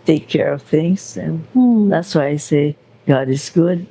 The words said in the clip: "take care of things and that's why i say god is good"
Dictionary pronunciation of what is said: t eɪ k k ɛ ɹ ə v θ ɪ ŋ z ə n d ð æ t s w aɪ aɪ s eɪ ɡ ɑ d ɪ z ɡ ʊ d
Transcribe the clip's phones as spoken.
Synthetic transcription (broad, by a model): t eɪ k k ɛ ɹ ə v θ ɪ ŋ z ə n ð æ t s w aɪ aɪ s eɪ ɡ ɑ d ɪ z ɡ ʊ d